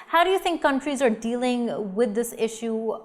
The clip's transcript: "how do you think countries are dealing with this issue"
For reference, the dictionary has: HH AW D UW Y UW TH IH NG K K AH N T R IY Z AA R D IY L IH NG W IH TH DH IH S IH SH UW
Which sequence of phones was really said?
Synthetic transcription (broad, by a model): HH AW D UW Y UW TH IH NG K K AH N T R IY Z AA R D IY L IH NG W IH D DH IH S IH SH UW